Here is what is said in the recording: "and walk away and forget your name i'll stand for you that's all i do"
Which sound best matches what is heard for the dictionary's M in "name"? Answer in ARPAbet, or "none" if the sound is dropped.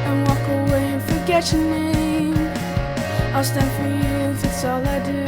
none